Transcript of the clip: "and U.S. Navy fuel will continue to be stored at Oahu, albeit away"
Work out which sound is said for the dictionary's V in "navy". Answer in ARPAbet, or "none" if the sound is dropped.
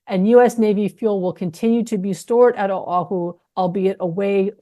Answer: V